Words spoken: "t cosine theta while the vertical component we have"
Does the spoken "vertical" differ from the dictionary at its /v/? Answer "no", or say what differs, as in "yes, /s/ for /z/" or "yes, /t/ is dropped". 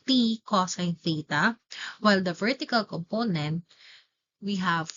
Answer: no